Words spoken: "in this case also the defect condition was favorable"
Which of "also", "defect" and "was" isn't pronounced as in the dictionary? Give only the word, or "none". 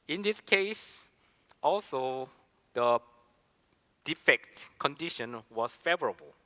was